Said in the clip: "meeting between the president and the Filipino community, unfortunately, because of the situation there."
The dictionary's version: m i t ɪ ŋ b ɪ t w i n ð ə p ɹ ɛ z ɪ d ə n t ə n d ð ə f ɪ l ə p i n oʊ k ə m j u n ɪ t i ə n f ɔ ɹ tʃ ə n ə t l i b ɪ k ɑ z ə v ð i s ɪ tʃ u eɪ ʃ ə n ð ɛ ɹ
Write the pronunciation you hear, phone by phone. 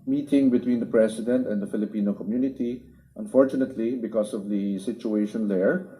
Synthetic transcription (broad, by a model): m i t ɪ ŋ b ɪ t w i n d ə p ɹ ɛ s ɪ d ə n t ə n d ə f ɪ l ə p i n oʊ k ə m j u n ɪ t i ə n f ɔ ɹ tʃ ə n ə t l i b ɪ k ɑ s ə v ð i s ɪ tʃ u eɪ ʃ ə n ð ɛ ɹ